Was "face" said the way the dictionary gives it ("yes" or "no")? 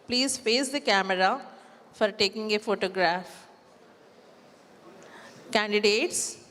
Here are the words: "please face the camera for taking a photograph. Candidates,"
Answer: no